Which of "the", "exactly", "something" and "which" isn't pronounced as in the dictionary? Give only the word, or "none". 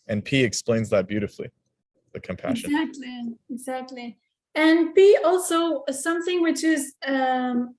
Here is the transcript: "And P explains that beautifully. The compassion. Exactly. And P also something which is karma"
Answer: none